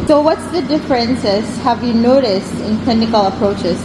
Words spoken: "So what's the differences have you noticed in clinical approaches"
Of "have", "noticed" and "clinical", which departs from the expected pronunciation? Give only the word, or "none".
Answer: none